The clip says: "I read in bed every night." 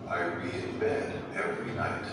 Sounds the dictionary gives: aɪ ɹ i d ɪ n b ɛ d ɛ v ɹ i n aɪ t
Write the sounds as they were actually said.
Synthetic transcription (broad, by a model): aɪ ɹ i ɪ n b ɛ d ɛ v ɹ i n aɪ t